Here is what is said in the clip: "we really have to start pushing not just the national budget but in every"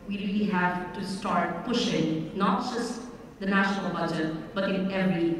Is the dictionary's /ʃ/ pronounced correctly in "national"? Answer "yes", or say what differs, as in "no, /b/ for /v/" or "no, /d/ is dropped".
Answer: yes